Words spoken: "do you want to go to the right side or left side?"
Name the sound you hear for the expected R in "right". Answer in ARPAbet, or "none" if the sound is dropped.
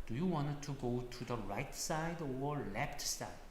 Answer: R